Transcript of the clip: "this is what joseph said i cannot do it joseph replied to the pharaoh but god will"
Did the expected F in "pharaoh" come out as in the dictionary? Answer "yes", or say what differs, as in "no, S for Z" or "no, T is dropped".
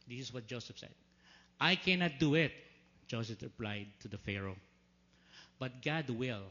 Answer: yes